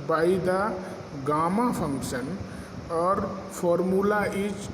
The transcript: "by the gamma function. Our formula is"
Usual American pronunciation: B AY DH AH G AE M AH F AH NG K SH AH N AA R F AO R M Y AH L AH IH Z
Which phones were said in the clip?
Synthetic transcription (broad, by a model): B AY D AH G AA M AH P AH NG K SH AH N AA R P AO R M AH L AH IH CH